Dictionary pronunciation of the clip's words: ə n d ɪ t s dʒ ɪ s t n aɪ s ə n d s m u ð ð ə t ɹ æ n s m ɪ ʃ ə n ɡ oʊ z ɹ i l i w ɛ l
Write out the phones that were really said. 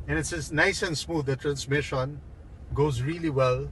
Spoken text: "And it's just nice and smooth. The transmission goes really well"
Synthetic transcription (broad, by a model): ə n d ɪ t s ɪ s n aɪ s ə n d s m u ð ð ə t ɹ æ n s m ɪ ʃ ə n ɡ oʊ z ɹ i l i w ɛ l